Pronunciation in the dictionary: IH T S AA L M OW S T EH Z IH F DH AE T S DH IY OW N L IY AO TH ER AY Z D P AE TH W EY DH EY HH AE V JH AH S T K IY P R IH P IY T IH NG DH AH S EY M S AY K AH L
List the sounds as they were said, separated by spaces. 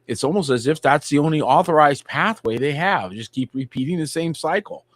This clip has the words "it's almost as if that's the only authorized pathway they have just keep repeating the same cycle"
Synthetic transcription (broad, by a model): IH T S AA L M OW S T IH Z IH F DH AE T S DH IY OW N L IY AO TH ER AY Z D P AE TH W EY DH EY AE V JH AH S K IY P R IH P IY T IH NG DH AH S EY M S AY K L